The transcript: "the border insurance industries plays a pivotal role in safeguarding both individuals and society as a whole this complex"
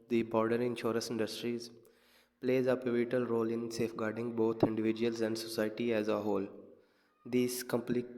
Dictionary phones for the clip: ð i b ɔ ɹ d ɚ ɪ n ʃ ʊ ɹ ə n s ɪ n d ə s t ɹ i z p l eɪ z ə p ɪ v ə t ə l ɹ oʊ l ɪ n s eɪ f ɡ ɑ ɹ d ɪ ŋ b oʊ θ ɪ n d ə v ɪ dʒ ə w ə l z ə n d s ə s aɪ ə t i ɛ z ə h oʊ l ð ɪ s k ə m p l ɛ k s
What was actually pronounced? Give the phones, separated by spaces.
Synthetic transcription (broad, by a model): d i b ɔ ɹ d ɚ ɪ n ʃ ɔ ɹ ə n s ɪ n d ə s t ɹ i z p l eɪ z ə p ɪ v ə t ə l ɹ oʊ l ɪ n s eɪ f ɡ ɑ ɹ d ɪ ŋ b oʊ t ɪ n d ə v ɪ dʒ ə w ə l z ə n d s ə s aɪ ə t i ɛ z ə h oʊ l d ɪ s k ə m p l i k